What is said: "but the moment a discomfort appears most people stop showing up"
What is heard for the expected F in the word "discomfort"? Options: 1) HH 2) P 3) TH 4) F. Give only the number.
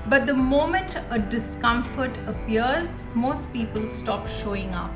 4